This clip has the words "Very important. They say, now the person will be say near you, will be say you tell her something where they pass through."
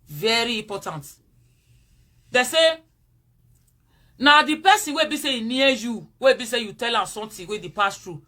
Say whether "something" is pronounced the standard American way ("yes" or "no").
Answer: no